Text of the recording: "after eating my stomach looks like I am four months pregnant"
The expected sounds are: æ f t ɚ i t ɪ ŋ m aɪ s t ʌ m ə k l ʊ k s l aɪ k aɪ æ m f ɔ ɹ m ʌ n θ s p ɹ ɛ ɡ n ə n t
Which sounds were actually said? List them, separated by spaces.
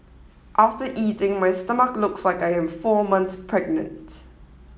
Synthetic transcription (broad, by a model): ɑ f t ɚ i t ɪ ŋ m aɪ s t ʌ m ə k l ʊ k s l aɪ k aɪ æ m f ɔ m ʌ n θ p ɹ ɛ ɡ n ə n t